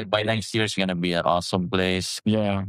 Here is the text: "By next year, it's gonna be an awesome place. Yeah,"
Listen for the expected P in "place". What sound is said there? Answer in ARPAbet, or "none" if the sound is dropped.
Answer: P